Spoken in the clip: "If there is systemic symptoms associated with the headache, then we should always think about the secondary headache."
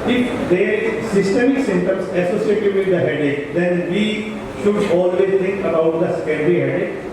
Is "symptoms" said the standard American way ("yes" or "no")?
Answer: no